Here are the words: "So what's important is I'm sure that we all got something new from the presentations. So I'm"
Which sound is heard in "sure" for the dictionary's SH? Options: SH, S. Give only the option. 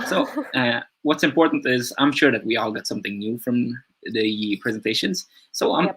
SH